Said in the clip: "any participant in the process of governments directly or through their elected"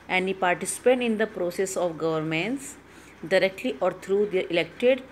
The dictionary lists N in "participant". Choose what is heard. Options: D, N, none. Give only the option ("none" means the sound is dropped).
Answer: none